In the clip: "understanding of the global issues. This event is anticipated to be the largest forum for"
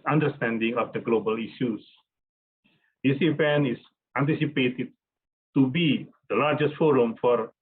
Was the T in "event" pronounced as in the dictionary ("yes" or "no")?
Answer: no